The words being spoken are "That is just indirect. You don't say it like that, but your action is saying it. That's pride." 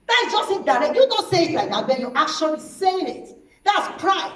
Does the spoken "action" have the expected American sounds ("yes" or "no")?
no